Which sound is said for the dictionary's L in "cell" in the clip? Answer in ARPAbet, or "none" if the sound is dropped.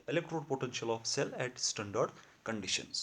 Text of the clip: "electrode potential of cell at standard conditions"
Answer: L